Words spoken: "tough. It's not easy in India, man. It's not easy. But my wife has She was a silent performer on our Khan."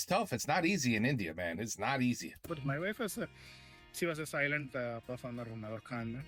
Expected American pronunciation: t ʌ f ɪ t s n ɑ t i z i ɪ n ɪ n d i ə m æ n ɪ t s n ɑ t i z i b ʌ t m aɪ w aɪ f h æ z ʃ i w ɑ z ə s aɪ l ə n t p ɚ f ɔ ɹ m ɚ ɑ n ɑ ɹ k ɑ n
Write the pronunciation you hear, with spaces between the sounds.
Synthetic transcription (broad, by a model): t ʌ f ɪ t s n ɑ t i z i ɪ n ɪ n d i ə m æ n ɪ t s n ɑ t i z i b ʌ t m aɪ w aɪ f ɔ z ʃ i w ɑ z ə s aɪ l ə n t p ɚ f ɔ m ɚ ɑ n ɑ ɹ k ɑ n